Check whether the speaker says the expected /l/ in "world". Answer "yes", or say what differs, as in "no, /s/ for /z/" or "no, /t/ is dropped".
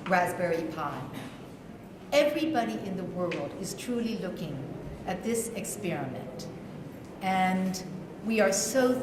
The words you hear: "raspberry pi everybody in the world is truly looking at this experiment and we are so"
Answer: yes